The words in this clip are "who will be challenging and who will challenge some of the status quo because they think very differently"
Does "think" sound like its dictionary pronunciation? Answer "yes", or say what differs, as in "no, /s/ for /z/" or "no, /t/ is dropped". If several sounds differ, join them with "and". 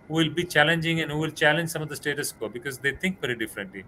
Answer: no, /t/ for /θ/